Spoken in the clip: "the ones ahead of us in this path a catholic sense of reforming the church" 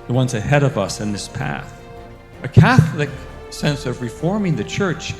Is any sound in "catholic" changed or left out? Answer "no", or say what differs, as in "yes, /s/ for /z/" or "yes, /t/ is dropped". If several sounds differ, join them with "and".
no